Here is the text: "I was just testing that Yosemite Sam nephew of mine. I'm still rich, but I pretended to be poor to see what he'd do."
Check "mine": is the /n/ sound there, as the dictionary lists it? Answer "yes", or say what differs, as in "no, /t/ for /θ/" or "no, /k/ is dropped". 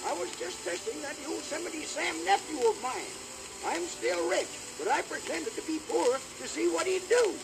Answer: yes